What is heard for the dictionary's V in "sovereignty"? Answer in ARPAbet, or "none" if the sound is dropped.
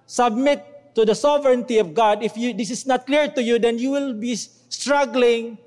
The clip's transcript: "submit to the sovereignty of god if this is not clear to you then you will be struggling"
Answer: V